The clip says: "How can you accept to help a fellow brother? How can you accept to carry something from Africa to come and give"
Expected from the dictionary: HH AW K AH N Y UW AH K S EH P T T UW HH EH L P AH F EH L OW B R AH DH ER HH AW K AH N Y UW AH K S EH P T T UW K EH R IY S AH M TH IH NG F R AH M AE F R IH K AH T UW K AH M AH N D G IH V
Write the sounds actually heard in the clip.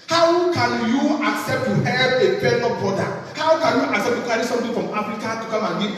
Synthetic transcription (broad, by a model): HH AW K AH N Y UW AH K S EH P T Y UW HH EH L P AH P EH N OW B AO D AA HH AW K AH N Y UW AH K S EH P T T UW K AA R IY S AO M T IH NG F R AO M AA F R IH K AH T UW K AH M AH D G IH